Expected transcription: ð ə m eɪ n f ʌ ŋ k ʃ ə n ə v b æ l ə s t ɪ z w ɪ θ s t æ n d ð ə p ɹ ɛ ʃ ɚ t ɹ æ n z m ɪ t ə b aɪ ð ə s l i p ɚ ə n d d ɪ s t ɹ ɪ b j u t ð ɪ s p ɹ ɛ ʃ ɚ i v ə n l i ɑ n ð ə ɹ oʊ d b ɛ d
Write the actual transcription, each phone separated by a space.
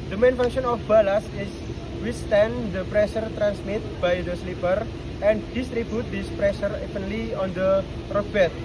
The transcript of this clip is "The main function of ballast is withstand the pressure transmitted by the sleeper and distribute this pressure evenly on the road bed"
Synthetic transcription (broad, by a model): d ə m eɪ n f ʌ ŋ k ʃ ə n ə f b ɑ l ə s ɪ s w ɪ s t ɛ n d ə p ɹ ɛ ʃ ɚ t ɹ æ n s m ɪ t b aɪ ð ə s l i p ɚ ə n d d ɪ s t ɹ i b j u t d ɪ s p ɹ ɛ ʃ ɚ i p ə n l i ɑ n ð ə ɹ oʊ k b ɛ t